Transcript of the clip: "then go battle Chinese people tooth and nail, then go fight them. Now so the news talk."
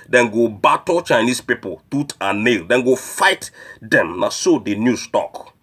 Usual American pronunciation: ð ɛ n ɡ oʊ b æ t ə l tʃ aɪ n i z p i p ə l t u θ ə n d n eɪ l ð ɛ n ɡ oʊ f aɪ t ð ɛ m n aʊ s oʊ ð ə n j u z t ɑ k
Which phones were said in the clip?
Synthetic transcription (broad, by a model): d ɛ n ɡ oʊ b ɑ t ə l tʃ aɪ n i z p i p ə l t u t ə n n eɪ l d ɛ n ɡ oʊ f aɪ t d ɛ m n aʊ s oʊ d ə n j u s t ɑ k